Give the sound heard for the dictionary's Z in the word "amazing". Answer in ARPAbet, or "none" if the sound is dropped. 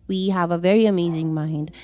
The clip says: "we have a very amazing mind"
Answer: Z